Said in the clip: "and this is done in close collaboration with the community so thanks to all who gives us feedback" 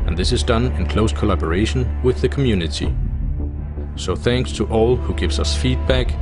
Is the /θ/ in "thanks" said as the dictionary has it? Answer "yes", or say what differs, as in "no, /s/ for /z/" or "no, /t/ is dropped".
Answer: yes